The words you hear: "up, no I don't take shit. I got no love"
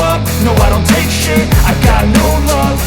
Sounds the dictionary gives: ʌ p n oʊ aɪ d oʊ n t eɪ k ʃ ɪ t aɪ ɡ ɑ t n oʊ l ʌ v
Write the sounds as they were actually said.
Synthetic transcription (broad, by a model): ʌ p n oʊ aɪ d oʊ n t eɪ k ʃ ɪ aɪ ɡ ɑ t n oʊ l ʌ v